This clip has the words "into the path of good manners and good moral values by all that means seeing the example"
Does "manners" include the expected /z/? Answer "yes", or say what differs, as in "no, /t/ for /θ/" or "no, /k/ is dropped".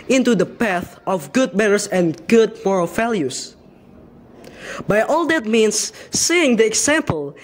no, /s/ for /z/